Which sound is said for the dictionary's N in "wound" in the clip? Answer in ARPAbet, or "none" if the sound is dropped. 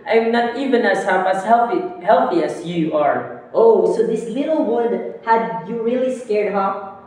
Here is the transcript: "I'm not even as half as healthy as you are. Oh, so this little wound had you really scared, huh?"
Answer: L